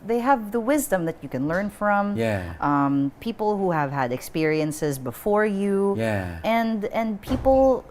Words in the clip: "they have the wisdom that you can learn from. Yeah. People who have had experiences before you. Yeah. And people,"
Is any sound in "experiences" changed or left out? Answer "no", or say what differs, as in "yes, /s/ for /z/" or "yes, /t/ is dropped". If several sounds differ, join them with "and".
no